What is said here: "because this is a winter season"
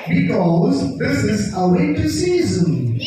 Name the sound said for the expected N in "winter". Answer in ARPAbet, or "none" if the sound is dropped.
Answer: none